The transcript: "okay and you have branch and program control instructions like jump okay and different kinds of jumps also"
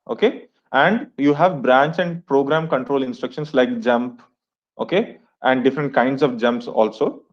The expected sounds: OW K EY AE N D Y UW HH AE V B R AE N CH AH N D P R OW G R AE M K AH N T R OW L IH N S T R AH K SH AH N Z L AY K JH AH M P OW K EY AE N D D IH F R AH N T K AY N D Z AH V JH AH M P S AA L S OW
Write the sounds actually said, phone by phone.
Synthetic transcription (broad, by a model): OW K EY AE N D Y UW HH AE V B R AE N CH AH N D P R OW G R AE M K AH N T R OW L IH N S T R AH K SH AH N S L AY K JH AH M P OW K EY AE N D D IH F R AH N T K AY N D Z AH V JH AH M P S AA L S OW